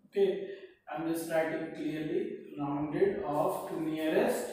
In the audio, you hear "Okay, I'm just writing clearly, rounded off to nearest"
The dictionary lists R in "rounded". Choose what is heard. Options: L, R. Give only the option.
L